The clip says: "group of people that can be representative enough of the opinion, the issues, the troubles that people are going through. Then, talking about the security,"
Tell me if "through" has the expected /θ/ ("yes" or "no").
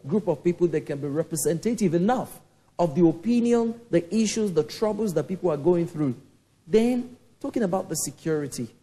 yes